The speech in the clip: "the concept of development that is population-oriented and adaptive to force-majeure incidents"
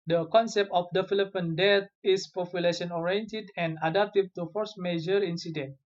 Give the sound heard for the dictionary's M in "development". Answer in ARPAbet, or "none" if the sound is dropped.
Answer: none